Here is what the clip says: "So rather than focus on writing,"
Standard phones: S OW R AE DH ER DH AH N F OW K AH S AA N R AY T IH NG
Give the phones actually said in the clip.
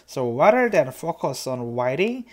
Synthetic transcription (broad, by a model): S OW W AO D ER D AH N F OW K AH S AA N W AY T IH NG